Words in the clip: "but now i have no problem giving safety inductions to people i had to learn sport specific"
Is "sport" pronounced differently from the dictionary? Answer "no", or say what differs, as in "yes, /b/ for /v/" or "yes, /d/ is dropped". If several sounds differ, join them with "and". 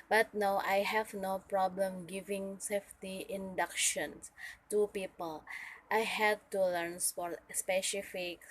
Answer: yes, /f/ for /p/